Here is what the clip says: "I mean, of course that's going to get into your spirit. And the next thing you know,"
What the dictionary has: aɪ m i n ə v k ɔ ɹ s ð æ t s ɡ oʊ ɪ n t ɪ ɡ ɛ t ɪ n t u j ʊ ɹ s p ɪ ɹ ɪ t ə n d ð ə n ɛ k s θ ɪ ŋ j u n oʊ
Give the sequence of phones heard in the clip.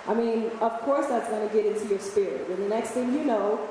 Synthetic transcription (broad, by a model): aɪ m i n ə v k ɔ ɹ s ð æ t s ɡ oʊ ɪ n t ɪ ɡ ɛ t ɪ n t u j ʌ ɹ s p ɪ ɹ ɪ t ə n ð ə n ɛ k s θ ɪ ŋ j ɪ n oʊ